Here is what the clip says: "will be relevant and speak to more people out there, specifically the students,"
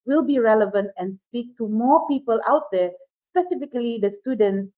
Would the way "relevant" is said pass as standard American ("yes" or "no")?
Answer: yes